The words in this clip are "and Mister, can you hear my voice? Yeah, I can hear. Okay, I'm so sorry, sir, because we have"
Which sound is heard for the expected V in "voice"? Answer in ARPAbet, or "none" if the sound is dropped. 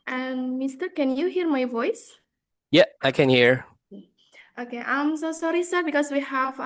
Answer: V